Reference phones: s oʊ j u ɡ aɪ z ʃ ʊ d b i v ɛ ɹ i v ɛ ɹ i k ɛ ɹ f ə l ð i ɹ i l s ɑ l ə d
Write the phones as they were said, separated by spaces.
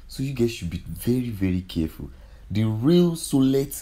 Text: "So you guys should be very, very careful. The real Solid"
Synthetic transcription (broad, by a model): s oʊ j u ɡ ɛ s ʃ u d b i v ɛ ɹ i v ɛ ɹ i k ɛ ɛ f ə l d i ɹ i l s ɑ l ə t